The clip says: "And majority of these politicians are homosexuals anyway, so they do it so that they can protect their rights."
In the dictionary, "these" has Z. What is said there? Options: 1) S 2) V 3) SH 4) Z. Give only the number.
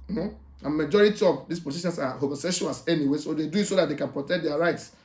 1